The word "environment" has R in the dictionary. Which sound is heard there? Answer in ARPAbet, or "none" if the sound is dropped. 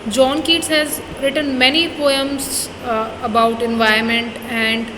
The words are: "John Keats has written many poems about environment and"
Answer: none